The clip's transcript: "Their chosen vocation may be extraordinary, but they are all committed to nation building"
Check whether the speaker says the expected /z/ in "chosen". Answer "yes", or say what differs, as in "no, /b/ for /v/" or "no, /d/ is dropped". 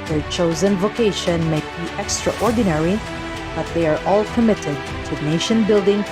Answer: yes